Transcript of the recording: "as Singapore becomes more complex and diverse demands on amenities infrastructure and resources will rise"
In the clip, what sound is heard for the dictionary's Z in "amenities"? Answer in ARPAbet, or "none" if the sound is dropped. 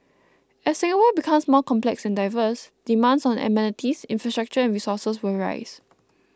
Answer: S